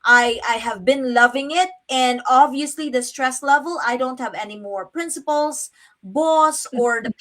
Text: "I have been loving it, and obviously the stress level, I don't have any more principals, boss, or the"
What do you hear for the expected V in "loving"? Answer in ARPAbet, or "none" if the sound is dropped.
V